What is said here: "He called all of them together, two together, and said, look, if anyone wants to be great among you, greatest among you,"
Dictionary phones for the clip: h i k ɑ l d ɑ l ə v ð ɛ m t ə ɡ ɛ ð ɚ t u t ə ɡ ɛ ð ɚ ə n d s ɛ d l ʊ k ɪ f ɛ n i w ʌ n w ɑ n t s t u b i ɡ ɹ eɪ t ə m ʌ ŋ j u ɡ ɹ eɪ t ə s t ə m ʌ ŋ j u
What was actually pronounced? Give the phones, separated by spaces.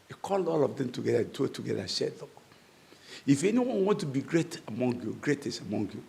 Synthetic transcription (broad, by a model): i k ɑ l d ɑ l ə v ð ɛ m t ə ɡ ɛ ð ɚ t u t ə ɡ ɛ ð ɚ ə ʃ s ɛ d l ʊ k ɪ f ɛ n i w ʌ n w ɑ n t t u b i ɡ ɹ eɪ t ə m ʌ ŋ j u ɡ ɹ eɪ t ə s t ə m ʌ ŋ j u